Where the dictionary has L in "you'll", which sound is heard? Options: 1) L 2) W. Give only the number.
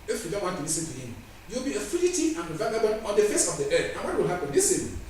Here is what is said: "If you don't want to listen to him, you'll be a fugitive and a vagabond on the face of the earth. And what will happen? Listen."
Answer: 2